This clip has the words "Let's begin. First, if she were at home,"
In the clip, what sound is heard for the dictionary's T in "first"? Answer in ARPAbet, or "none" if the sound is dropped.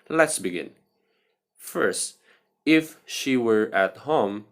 T